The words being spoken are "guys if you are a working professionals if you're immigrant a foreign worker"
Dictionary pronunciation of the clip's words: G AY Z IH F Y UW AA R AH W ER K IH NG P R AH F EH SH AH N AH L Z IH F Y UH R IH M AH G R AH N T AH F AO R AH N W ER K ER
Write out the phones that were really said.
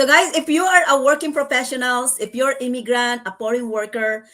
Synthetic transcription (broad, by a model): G AY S IH F Y UW AA R AH W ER K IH NG P R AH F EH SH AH N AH L S IH F Y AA R IH M AH G R AH N T AH P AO R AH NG W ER K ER